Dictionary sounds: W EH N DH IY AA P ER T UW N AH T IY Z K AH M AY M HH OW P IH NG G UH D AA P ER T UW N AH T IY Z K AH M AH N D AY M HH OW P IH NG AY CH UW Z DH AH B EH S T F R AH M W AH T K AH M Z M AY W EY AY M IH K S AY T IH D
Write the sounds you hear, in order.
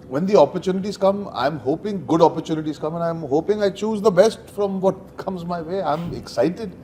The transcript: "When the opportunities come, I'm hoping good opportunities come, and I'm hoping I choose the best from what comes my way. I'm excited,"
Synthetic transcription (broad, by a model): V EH N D IY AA P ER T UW N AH T IY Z K AH M AY M HH OW P IH NG G UH D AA P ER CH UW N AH T IY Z K AH M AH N AY M HH OW P IH NG AY CH UW Z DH AH B EH S T F R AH M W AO T K AH M Z M AY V EY AY M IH K S AY T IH D